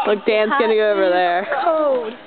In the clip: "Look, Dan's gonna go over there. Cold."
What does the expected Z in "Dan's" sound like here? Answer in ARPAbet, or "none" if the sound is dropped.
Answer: S